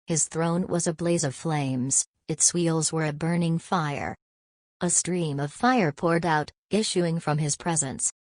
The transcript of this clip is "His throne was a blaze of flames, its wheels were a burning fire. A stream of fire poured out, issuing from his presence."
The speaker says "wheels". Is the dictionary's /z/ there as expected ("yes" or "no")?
yes